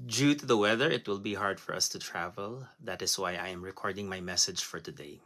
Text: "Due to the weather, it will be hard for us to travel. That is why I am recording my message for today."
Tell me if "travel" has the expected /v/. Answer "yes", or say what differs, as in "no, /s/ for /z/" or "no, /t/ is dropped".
yes